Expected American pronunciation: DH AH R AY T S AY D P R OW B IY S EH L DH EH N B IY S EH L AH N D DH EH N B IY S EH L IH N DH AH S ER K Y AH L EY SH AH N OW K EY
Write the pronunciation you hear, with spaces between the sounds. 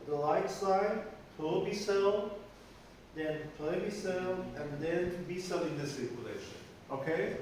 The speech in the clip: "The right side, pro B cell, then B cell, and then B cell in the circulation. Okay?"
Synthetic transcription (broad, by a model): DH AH L AY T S AY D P OW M IY S EH L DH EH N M IY S EH L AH N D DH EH N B IY S EH L IH N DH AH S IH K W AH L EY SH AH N OW K EY